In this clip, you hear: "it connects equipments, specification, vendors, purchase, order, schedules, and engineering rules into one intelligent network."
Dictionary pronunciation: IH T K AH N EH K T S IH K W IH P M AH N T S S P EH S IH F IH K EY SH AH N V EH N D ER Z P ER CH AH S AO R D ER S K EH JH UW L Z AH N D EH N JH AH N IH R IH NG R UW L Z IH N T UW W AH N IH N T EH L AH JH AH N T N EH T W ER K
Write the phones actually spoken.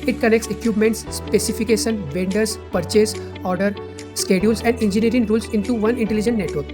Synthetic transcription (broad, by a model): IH T K AH N EH K T S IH K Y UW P M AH N T S S P EH S IH F IH K EY SH AH N V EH N D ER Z P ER CH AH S AO R D ER S K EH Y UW L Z AH N D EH N JH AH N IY R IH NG R UW L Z IH N T UW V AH N IH N T EH L AH JH AH N T N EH T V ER K